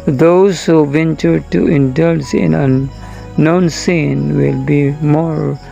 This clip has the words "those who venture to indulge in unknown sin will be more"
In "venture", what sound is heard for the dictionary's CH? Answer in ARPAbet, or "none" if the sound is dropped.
CH